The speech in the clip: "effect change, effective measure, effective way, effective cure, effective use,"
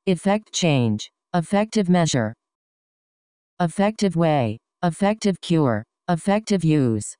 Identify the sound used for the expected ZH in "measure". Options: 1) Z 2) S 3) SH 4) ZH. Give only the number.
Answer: 4